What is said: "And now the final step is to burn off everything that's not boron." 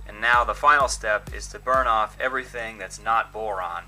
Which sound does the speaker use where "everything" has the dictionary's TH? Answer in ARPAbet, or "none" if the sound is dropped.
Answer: TH